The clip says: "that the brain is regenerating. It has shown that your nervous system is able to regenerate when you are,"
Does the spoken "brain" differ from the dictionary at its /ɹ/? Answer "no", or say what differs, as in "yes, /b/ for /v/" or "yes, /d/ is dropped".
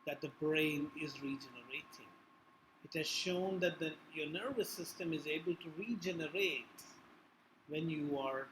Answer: no